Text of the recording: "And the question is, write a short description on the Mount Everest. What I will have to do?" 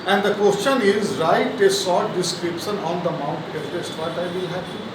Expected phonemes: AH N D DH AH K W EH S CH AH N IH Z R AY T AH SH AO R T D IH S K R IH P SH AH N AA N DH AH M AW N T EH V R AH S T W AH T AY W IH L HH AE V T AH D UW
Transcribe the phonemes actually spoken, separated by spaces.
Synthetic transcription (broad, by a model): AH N D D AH K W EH S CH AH N IH Z R AY T AH S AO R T D IH S K R IH P SH AH N AA N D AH M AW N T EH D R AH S T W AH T AY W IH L HH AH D